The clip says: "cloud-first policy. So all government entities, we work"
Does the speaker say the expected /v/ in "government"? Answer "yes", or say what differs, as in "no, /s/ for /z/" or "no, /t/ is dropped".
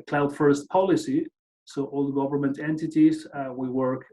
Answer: yes